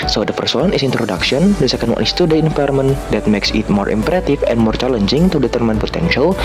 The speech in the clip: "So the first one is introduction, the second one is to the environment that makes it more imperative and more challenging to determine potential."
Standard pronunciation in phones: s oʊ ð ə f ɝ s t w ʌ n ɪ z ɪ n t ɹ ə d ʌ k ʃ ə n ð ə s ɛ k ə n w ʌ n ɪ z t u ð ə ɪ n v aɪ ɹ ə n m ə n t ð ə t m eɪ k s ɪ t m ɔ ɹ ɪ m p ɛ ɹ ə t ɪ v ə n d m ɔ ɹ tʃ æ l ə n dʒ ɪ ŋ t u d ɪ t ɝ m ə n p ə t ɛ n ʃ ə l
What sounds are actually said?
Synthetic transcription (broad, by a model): s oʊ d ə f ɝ s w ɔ n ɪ s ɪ n t ɹ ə d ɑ k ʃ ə n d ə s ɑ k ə n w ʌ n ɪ s t u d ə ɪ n f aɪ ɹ m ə n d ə t m eɪ k s ɪ t m ɔ ɹ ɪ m p ɹ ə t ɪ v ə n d m ɔ ɹ tʃ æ l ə n dʒ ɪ ŋ t u d ɪ t ɝ m ə n p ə t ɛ n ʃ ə l